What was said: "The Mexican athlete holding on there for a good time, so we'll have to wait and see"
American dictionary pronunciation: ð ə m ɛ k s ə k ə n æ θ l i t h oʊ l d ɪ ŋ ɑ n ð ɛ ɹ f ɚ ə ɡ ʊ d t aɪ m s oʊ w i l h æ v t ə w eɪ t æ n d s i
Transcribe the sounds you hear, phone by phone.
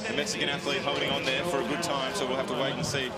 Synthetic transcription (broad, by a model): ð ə m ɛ k s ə k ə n æ θ l i t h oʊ d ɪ ŋ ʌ n ð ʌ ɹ f ɚ ə ɡ ʊ d t aɪ m s oʊ w i l h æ f t ə w eɪ t n s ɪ